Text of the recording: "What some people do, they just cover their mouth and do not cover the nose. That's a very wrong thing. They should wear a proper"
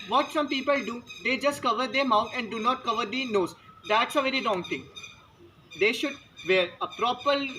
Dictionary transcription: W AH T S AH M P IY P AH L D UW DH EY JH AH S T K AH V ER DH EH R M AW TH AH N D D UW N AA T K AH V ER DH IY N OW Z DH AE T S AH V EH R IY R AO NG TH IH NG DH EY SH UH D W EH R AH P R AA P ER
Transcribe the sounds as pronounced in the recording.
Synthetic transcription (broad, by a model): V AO T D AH M P IY P AH L D UW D EY JH AH S T K AH V ER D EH R M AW T AH N D D UW N AA T K AH V ER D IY N OW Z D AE T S AH V EH R IY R AO NG T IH NG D EY SH UH D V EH R AH P R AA P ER